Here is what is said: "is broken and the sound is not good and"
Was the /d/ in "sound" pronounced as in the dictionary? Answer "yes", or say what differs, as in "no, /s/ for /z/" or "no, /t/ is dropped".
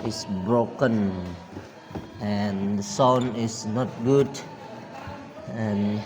no, /d/ is dropped